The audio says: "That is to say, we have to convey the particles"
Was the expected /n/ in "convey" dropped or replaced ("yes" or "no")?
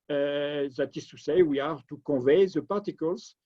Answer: yes